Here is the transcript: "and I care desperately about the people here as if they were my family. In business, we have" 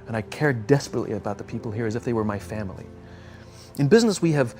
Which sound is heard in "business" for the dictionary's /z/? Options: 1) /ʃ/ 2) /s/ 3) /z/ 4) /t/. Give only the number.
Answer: 3